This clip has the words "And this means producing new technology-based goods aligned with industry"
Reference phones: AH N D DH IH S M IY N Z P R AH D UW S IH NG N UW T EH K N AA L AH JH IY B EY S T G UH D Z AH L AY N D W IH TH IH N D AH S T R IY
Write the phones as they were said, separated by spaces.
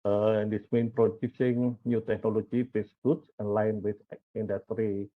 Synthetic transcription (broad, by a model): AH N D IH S M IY N P R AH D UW S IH NG N UW T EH K N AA L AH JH IY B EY S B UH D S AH L AY N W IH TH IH N D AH S T R IY